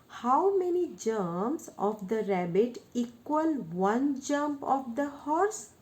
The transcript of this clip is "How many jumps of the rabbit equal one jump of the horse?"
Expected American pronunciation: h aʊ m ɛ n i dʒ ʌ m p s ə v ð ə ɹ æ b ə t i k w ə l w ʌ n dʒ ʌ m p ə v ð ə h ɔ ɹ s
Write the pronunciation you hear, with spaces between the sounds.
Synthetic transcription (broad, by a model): h aʊ m ɛ n i dʒ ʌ m s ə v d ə ɹ æ b ə t i k w ə l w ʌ n dʒ ʌ m p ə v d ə h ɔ ɹ s